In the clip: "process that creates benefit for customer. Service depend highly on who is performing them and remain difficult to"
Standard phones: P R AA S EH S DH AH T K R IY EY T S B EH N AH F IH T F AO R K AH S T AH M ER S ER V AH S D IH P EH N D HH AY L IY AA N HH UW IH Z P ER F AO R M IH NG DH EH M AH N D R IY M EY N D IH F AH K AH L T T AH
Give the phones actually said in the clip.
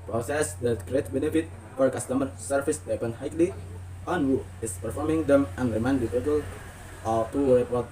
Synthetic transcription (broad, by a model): P R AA S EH S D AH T K R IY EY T B EH N AH F IH T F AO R K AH S T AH M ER S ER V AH S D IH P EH N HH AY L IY AA N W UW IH S P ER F AO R M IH NG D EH M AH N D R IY M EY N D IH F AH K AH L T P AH